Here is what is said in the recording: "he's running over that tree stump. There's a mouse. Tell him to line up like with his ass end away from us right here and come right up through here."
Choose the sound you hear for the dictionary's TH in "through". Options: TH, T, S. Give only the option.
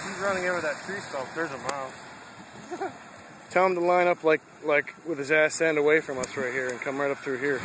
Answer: TH